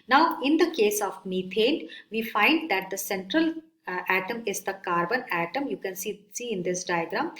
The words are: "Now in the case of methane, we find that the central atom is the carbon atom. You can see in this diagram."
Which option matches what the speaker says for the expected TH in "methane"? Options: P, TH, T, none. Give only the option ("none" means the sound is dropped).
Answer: T